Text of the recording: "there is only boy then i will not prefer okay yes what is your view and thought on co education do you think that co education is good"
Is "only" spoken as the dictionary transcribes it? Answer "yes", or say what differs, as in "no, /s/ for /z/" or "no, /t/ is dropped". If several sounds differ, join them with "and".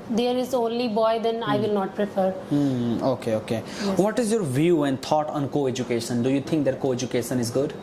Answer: yes